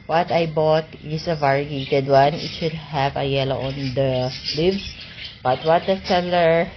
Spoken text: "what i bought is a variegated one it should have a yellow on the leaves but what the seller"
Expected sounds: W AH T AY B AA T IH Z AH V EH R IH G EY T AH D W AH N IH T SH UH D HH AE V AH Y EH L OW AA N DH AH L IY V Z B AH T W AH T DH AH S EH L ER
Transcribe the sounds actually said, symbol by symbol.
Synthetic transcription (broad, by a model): W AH T AY B AA T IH S AH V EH R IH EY T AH D W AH N IH T SH UH D HH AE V AH Y EH L OW AA N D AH L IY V S B AH T W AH T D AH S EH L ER